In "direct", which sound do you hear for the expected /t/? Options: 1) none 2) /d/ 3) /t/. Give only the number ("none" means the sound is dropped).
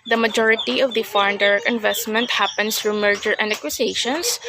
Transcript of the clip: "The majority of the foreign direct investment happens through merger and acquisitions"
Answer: 1